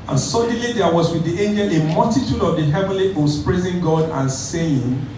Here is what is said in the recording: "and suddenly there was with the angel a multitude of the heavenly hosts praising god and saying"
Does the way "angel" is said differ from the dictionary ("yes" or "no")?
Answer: no